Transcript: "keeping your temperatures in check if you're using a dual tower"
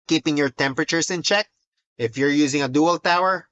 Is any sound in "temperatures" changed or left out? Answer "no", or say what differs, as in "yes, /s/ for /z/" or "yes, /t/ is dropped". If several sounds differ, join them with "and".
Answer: yes, /s/ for /z/